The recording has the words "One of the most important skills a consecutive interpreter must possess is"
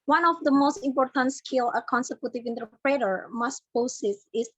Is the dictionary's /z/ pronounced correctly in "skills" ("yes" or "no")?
no